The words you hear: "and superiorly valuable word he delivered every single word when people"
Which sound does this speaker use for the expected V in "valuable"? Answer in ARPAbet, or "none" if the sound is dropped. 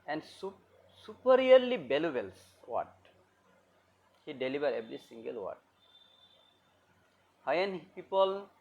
B